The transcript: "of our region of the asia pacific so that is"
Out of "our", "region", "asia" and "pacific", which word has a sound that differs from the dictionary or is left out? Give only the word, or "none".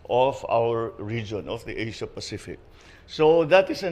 asia